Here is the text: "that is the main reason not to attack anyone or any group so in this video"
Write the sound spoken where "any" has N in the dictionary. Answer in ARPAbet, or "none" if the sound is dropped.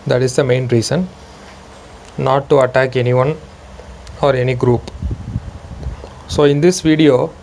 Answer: N